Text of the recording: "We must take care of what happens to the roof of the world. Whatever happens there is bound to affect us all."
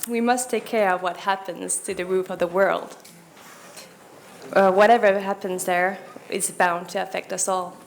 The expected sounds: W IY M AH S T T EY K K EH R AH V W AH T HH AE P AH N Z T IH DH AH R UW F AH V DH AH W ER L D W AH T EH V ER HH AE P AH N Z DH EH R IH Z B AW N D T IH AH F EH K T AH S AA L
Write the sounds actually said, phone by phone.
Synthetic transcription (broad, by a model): W IY M AH S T T EY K K EH R AH V W AH T HH AE P AH N Z T IH DH AH R UW F AH V DH AH W ER L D W AH T EH V ER HH AE P AH N Z DH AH R IH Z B AW N T IH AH F EH K T AH S AA L